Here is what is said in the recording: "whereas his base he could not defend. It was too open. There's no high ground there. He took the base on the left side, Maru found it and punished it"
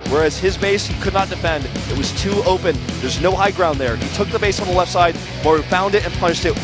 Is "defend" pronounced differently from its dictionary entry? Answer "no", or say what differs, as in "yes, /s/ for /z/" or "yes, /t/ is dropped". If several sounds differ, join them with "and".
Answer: no